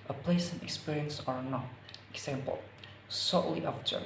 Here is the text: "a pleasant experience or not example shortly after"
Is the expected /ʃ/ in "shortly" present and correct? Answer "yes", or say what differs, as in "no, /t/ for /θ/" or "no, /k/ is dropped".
no, /s/ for /ʃ/